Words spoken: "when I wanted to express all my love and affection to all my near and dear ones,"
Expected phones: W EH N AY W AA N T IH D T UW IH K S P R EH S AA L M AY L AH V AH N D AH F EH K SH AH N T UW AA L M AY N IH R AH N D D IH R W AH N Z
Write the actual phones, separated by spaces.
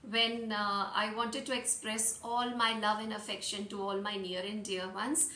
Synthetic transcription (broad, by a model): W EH N AY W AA N T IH D T UW IH K S P R EH S AA L M AY L AH V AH N AH F EH K SH AH N T UW AA L M AY N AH R AH N D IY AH R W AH N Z